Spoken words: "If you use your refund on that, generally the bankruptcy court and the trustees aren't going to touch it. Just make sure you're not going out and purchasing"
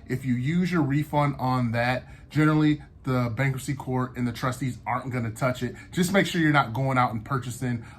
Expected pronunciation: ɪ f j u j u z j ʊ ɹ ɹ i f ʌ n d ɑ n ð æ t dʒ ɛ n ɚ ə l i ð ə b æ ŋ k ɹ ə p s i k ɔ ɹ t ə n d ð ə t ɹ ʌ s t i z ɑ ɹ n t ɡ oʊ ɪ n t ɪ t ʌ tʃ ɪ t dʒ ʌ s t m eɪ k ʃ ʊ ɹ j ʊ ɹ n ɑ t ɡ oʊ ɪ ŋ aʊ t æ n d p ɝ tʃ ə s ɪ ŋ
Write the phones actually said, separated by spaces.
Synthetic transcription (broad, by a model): ɪ f j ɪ j u z j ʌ ɹ ɹ i f ʌ n d n ð æ t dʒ ɛ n ɚ l i ð ə b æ ŋ k ə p s i k ɔ ɹ t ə n ð ə t ɹ ʌ s t i z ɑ ɹ n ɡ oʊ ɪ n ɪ t ʌ tʃ ɪ t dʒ ʌ s m eɪ k ʃ ʊ ɹ j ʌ ɹ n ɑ t ɡ oʊ ɪ ŋ aʊ t n p ɝ tʃ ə s ɪ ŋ